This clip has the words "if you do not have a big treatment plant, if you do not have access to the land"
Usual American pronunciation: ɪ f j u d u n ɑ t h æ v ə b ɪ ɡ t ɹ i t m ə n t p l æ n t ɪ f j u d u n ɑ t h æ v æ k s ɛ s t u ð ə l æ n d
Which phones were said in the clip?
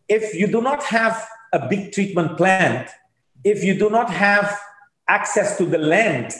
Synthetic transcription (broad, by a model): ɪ f j u d u n ɑ t h æ v ə b ɪ ɡ t ɹ i t m ə n t p l æ n t ɪ f j u d u n ɑ t h æ v æ k s ɛ s t u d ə l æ n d